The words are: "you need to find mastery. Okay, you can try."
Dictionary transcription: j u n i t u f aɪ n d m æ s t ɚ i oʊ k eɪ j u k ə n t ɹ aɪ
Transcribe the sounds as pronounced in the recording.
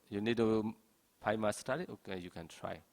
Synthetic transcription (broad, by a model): j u n i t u p aɪ m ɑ s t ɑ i oʊ k eɪ j u k ə n t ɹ aɪ